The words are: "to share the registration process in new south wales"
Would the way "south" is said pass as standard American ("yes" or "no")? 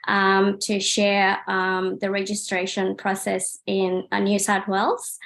no